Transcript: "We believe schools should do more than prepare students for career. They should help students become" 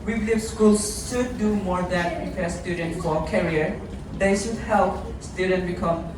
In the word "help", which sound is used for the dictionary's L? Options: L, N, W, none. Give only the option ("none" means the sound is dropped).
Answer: L